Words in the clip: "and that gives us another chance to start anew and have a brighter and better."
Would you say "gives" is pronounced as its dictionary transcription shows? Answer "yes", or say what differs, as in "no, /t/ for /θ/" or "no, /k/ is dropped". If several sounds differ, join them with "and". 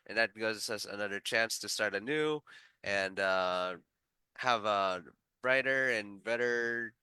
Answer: no, /v/ is dropped